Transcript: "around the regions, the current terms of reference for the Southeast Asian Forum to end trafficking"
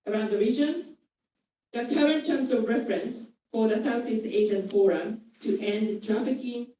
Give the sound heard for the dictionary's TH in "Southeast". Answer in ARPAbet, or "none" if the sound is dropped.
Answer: S